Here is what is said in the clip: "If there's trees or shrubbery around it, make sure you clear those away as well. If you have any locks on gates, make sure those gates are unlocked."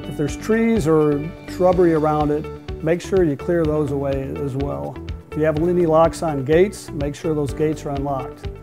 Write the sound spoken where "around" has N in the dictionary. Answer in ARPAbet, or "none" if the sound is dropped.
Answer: N